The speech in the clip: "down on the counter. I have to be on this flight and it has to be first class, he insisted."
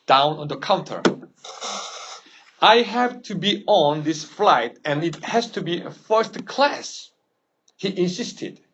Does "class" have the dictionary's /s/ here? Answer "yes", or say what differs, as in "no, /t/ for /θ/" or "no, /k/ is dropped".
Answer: yes